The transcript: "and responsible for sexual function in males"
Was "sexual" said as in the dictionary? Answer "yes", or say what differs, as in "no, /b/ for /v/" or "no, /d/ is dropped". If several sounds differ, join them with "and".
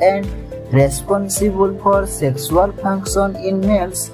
no, /s/ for /ʃ/